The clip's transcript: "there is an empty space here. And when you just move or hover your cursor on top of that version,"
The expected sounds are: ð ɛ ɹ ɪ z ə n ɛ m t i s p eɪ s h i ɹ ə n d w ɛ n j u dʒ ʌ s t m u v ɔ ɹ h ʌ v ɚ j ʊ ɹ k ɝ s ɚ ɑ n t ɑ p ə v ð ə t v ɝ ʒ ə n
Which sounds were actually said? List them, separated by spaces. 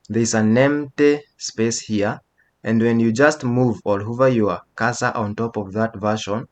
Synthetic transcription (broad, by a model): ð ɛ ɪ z ə n ɛ m t i s p eɪ s h i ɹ ə n d w ɛ n j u dʒ ʌ s t m u v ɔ l h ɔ v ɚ j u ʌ k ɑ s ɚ ɑ n t ɑ p ə v ð ə t v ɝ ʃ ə n